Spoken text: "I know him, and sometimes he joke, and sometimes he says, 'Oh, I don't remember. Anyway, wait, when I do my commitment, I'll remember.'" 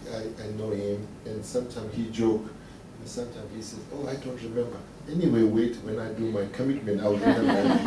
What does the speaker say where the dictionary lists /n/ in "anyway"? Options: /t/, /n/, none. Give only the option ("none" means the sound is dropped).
/n/